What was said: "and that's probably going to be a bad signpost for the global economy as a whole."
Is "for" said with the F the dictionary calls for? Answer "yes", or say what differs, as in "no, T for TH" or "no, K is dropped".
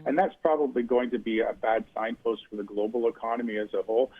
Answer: yes